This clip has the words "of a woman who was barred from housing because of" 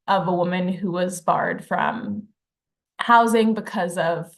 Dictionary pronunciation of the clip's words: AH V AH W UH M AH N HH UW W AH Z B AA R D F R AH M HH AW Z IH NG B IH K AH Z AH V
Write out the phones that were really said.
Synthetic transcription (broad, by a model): AH V AH W UH M AH N HH UW W AH Z B AA R D F R AH M HH AW Z IH NG B IH K AH Z AH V